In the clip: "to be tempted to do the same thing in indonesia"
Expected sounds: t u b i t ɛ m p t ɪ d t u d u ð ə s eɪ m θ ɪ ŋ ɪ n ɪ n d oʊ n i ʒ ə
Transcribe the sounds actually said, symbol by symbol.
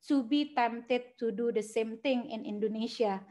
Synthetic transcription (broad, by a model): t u b i t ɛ m t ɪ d t u d u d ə s eɪ m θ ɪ ŋ ɪ n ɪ n d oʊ n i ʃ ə